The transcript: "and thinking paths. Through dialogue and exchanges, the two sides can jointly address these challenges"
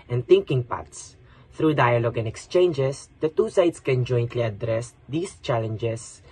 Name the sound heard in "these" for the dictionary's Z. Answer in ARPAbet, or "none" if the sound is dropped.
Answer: S